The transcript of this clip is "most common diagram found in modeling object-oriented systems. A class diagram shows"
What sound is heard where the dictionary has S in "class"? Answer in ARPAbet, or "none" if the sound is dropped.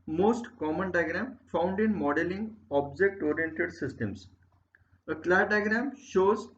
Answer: none